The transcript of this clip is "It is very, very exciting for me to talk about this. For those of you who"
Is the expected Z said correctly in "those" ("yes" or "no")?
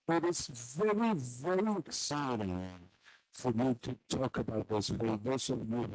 no